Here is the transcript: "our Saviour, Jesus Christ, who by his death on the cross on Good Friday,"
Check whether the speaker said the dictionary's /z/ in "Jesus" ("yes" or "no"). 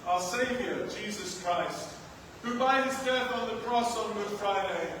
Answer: yes